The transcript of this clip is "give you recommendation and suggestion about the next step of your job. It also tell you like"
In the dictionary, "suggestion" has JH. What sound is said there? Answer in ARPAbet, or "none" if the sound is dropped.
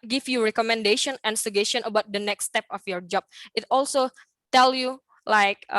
none